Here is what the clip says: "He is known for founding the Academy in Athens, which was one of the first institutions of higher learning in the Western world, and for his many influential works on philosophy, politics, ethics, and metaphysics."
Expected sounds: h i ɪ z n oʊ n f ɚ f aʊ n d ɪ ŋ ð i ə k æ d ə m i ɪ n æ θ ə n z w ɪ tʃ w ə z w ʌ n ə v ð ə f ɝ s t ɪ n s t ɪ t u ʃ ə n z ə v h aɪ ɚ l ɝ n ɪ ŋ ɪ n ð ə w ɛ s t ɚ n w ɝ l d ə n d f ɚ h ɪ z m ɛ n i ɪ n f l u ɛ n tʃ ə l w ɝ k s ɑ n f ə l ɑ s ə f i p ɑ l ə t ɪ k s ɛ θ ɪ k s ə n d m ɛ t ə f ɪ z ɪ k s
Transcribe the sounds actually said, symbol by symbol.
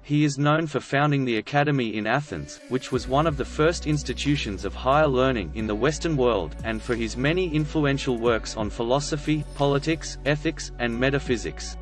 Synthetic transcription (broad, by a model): h i ɪ z n oʊ n f ɚ f aʊ n d ɪ ŋ ð i ə k æ d ə m i ɪ n æ θ ə n z w ɪ tʃ w ə z w ʌ n ə v ð ə f ɝ s t ɪ n s t ɪ t u ʃ ə n z ə v h aɪ ɚ l ɝ n ɪ ŋ ɪ n ð ə w ɛ s t ɚ n w ɝ l d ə n f ɚ ɪ z m ɛ n i ɪ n f l u ɛ n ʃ l w ɝ k s n f ə l ɑ s ə f i p ɑ l ə t ɪ k s ɛ θ ɪ k s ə n m ɛ t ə f ɪ z ɪ k s